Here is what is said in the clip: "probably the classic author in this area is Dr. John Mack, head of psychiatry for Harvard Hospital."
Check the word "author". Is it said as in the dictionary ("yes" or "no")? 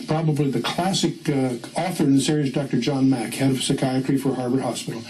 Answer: yes